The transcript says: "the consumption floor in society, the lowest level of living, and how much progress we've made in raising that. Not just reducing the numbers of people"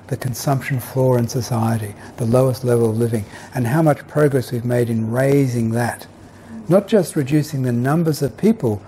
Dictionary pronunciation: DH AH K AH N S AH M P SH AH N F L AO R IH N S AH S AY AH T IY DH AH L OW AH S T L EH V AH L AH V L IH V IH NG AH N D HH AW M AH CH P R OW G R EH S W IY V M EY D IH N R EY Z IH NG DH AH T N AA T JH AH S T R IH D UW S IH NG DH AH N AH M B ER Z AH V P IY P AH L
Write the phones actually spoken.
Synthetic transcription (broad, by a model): DH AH K AH N S AH M P SH AH N F L AO R IH N S AH S AY AH T IY DH AH L OW AH S T L EH V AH L AH V L IH V IH NG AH N HH AW M AH CH P R OW G R EH S W IY V M EY D IH N R EY Z IH NG DH AH T N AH T JH AH S T R IH D UW S IH NG DH AH N AH M B ER Z AH V P IY P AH L